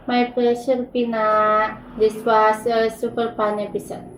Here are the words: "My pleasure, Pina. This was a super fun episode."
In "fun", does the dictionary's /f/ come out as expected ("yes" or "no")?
no